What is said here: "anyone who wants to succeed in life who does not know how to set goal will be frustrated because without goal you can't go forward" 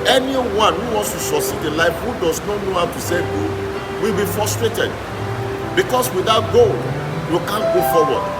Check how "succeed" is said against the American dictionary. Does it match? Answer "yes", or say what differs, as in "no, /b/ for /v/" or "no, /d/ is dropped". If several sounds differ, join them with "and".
no, /k/ is dropped